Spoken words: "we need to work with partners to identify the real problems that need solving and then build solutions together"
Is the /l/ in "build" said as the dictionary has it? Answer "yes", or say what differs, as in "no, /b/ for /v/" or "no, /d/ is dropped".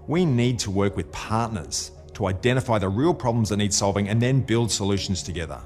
yes